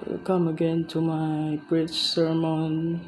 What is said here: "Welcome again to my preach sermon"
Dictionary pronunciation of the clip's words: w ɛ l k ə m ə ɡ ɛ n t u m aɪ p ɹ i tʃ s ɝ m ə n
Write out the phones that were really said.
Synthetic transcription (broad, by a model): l k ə m ə ɡ ɛ n t u m aɪ b ɹ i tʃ s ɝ m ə n